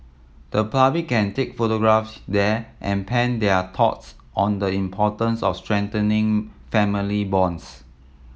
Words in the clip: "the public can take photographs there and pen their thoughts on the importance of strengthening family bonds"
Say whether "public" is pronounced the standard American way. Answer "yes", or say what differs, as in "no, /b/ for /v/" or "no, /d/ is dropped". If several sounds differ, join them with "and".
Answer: no, /l/ is dropped